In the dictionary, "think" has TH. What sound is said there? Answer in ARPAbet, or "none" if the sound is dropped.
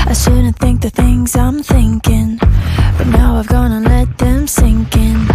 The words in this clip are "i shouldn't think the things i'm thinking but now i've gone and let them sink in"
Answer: TH